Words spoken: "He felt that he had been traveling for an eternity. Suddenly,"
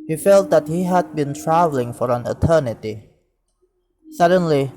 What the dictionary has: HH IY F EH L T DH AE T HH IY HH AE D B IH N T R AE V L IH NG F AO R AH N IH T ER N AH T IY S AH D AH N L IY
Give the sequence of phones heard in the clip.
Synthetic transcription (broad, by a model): HH IY F EH L T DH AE T HH IY HH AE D B IH N T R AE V L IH NG F AO R AH N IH T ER N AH T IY S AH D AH N L IY